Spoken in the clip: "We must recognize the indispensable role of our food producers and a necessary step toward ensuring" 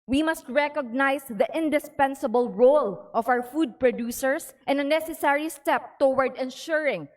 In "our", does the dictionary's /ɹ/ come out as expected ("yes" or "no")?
no